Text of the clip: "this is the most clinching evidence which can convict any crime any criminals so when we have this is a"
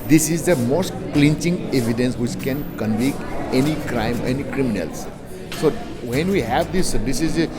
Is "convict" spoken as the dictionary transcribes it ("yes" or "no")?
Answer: no